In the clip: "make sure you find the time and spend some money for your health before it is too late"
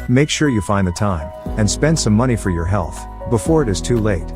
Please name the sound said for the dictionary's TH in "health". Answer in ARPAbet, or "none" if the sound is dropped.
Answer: TH